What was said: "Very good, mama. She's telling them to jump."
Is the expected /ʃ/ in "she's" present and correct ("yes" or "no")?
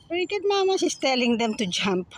no